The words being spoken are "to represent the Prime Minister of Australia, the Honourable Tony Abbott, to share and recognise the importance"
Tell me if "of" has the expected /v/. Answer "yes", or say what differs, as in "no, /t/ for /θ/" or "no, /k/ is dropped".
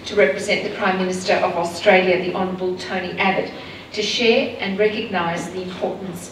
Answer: yes